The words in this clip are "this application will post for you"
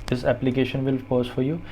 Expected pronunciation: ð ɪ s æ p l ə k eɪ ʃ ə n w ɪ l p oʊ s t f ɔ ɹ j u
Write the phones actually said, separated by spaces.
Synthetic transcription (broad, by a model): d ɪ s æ p l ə k eɪ ʃ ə n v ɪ l f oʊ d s f ɔ ɹ j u